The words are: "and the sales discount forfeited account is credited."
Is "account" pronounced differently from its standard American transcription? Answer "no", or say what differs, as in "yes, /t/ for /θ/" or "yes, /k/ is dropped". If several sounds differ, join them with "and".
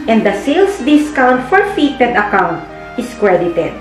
no